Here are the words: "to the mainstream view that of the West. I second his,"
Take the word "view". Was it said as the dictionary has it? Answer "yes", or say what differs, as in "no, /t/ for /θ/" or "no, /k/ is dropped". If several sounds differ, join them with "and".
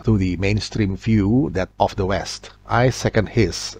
no, /f/ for /v/